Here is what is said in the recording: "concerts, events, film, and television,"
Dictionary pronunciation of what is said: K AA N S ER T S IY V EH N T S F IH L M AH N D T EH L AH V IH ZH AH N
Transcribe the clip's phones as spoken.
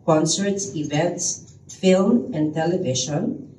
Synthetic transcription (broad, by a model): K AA N S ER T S IY V EH N T S F IH L M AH N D T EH L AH V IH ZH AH N